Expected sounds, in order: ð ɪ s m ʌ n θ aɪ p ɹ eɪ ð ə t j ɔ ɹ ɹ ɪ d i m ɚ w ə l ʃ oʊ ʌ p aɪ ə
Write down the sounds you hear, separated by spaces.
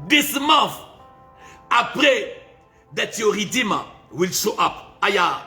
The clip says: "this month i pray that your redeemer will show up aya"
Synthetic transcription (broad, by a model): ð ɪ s m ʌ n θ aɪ p ɹ eɪ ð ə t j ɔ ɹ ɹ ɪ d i m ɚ w ə l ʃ oʊ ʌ p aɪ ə